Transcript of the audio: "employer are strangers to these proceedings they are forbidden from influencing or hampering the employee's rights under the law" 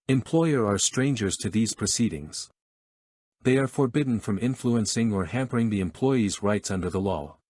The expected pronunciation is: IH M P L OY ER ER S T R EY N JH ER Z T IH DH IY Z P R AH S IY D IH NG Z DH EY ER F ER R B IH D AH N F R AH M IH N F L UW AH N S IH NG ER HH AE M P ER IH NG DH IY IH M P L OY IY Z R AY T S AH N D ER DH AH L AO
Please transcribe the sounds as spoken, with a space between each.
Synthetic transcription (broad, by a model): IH M P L OY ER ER S T R EY N JH ER Z T IH DH IY Z P R AH S IY D IH NG Z DH EY ER F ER R B IH D N F R AH M IH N F L UW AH N S IH NG ER HH AE M P ER IH NG DH IY IH M P L OY IY Z R AY T S AH N D ER DH AH L AO